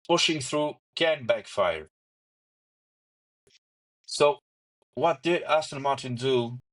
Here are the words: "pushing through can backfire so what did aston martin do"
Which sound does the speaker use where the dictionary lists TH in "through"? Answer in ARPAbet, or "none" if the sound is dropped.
TH